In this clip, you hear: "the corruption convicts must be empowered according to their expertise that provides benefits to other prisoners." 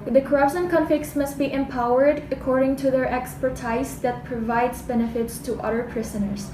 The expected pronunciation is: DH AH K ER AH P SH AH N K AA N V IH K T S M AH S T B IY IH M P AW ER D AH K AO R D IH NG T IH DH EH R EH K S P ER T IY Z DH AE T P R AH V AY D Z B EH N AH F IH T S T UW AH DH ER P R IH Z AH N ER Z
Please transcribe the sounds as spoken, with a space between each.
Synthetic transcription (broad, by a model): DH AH K ER AH P SH AH N K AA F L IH K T S M AH S T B IY IH M P AW ER D AH K AO R D IH NG T IH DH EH R EH K S P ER T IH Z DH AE T P R AH V AY D Z B EH N AH F IH T S T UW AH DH ER P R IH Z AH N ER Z